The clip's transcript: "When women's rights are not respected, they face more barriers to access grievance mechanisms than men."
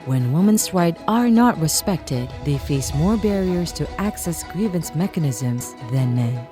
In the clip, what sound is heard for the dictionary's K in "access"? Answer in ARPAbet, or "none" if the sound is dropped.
K